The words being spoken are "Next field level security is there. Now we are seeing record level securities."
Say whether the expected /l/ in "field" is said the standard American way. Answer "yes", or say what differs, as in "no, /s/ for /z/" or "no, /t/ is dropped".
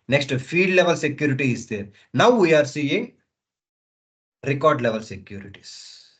no, /l/ is dropped